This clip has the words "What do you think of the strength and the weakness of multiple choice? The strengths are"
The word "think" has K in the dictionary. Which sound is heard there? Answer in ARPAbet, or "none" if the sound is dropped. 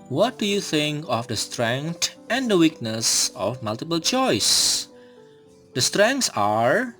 K